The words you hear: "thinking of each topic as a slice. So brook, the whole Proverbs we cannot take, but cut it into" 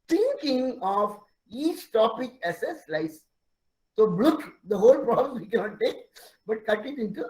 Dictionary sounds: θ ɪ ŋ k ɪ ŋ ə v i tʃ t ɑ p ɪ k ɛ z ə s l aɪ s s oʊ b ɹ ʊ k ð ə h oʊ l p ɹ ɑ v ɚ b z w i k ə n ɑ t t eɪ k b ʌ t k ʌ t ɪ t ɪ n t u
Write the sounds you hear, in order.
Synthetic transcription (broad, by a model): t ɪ ŋ k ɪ ŋ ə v i tʃ t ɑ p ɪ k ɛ s ə s l aɪ s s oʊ b l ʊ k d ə h oʊ l p ɹ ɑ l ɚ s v i k ə n ɑ t t eɪ k b ʌ t k ʌ t ɪ t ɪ n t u